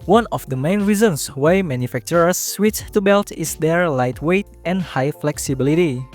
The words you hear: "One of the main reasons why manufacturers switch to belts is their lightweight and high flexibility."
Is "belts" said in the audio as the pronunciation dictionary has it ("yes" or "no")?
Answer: no